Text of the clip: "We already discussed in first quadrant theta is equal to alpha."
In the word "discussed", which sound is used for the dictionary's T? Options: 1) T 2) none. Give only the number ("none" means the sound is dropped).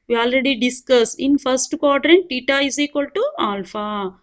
2